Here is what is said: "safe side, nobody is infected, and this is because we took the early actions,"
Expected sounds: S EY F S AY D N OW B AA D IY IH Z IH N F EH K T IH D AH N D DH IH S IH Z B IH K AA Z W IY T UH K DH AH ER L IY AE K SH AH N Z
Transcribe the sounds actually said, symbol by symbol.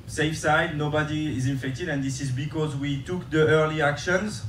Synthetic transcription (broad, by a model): S EY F S AY D N OW B AA D IY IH Z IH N F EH K T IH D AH N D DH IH S IH Z B IH K AA Z W IY T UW K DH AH ER L IY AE K SH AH N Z